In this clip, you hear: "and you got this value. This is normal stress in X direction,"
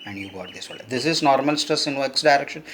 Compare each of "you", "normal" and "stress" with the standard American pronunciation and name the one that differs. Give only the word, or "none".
stress